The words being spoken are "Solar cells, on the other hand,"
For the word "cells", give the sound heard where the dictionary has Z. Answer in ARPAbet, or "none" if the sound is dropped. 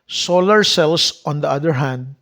S